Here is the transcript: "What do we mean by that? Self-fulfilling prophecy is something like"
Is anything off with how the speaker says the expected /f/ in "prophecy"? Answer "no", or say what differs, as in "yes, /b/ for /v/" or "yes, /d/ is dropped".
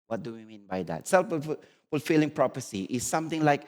yes, /p/ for /f/